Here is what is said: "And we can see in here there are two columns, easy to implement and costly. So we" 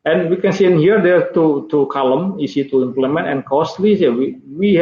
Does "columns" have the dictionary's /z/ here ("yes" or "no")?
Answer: no